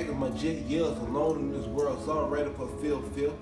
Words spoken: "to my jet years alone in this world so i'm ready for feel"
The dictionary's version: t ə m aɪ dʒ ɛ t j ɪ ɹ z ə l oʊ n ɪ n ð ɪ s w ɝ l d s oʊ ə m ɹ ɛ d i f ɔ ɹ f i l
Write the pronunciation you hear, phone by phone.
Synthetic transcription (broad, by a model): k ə m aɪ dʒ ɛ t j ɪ l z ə l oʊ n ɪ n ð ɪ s w ɝ l d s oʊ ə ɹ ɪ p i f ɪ l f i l